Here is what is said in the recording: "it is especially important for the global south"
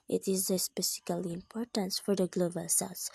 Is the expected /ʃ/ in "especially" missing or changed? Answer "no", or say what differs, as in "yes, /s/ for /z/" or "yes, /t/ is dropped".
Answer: yes, /s/ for /ʃ/